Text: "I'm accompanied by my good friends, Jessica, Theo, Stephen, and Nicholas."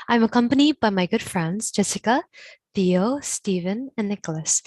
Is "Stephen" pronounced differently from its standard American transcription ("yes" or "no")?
no